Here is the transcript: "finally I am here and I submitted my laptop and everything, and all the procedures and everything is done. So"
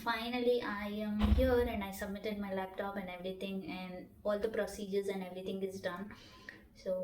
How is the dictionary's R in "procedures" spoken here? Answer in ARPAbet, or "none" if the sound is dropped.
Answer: R